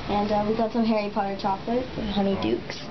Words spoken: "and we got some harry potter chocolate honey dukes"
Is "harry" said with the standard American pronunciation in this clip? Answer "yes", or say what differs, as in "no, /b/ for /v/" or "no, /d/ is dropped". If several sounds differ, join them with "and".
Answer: yes